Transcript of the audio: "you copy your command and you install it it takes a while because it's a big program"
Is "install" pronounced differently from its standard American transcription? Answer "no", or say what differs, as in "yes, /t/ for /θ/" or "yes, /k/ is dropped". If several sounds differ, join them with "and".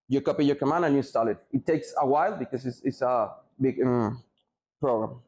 yes, /n/ is dropped